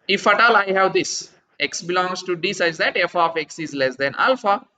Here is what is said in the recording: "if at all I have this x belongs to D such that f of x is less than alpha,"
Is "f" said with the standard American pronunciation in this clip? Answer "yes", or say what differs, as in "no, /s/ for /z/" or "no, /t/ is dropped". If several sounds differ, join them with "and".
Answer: yes